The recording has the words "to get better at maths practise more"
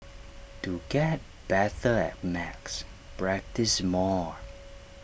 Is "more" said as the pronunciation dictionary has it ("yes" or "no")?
yes